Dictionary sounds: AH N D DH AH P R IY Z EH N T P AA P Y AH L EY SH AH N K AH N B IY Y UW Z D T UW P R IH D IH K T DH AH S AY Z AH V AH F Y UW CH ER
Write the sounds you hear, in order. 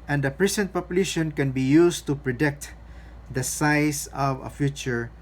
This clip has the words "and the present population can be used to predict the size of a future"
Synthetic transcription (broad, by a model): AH N D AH P R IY S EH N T P AA P Y AH L EY SH AH N K AH N B IY Y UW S T UW P R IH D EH K T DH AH S AY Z AH V AH F Y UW CH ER